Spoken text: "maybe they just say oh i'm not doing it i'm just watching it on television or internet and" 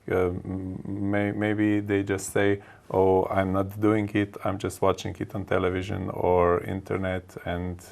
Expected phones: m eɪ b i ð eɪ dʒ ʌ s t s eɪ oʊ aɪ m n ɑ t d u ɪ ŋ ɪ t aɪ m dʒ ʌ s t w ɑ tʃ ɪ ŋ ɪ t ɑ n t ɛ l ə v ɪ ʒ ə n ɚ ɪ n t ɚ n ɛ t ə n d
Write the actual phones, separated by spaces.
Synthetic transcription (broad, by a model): m eɪ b i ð eɪ dʒ ʌ s t s eɪ oʊ aɪ m n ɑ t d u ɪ ŋ ɪ t aɪ m dʒ ʌ s t w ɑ tʃ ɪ ŋ ɪ t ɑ n t ɛ l ə v ɪ ʒ ə n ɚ ɪ n t ɚ n ɛ t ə n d